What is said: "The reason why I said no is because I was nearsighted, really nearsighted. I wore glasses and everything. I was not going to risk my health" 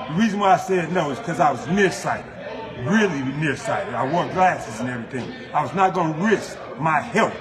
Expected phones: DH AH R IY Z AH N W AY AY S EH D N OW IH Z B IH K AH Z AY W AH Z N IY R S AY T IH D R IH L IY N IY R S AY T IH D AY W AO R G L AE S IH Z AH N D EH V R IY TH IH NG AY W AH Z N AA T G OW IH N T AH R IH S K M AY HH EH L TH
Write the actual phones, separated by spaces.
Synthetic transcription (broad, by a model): DH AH R IY Z AH N W AY AY S EH D N OW IH Z K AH Z AY W AH Z N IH R S AY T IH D R IH L IY N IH R S AY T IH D AY W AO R G L AE S IH Z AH N EH V R IY TH IH NG AY W AH Z N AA T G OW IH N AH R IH S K M AY HH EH L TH